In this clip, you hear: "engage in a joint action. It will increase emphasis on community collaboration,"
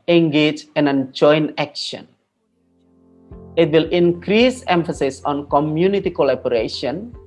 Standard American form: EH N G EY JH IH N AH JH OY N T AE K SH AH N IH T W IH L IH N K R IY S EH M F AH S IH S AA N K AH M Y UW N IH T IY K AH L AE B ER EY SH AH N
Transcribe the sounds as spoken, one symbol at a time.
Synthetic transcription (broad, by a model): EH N G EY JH IH N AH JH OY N AE K SH AH N IH T W IH L IH N K R IY S EH M F AH S IH S AA N K AH M Y UW N IH T IY K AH L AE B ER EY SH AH N